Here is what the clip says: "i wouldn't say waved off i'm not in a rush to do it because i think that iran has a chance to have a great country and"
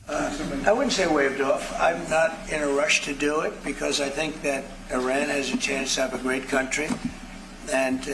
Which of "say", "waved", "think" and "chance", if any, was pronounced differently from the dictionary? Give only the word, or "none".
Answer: none